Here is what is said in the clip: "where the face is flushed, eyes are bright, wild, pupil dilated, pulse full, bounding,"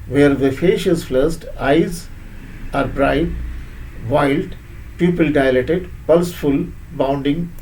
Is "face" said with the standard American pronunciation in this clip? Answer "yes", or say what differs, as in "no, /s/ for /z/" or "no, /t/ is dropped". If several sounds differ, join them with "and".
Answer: no, /ʃ/ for /s/